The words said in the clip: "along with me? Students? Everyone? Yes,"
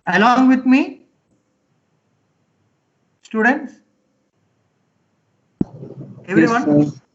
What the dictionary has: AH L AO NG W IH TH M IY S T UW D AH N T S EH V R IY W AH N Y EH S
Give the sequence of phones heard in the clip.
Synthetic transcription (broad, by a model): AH L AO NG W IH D M IY S T UW D AH N T S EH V R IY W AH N